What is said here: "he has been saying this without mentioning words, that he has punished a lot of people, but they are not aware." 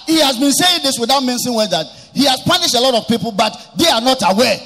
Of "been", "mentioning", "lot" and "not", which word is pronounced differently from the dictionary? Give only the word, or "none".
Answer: mentioning